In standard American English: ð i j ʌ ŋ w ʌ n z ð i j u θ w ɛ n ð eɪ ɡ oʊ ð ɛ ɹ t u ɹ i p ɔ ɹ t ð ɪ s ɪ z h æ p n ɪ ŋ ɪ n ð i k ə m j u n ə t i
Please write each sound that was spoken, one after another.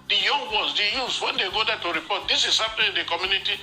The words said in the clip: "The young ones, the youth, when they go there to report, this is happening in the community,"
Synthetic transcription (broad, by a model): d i j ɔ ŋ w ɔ z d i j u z w ɛ n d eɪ ɡ oʊ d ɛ t u ɹ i p ɔ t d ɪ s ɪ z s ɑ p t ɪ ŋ ɪ n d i k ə m j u n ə t i